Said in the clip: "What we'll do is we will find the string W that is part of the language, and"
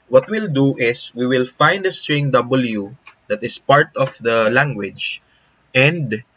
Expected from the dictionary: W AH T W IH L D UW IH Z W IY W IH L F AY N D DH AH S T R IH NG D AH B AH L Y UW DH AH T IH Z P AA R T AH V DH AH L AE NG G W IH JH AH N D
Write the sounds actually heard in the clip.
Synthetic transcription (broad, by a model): W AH T W IH L D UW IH S W IY W IH L F AY N D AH S T R IH NG D AH B AH L Y UW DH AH T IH S P AA R T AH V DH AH L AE NG G W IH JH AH N D